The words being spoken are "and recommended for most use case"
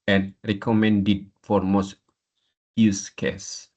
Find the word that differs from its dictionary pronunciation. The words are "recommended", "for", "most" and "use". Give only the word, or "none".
none